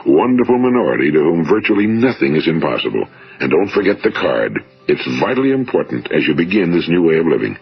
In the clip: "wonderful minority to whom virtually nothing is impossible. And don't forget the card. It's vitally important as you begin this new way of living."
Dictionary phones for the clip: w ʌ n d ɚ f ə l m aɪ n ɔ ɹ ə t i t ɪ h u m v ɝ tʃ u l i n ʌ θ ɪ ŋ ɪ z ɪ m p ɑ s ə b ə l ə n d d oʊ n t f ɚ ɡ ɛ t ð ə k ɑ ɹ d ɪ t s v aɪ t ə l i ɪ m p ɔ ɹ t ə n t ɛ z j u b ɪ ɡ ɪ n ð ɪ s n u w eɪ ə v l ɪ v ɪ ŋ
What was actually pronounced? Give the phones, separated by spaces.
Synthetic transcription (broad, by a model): w ʌ n d ɚ f l m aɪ n ɔ ɹ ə t i t ɪ h u m v ɝ tʃ u l i n ʌ θ ɪ ŋ ɪ z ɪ m p ɑ s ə b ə l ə n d d oʊ n t f ɚ ɡ ɛ t ð ə k ɑ ɹ d ɪ t s v aɪ t l i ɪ m p ɔ ɹ t n t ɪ z j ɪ b ɪ ɡ ɪ n ð ɪ s n u w eɪ ə v l ɪ v ɪ ŋ